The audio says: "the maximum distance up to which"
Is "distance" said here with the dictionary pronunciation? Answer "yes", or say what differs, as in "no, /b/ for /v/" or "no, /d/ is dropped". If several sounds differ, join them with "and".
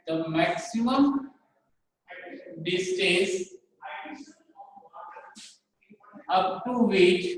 no, /n/ is dropped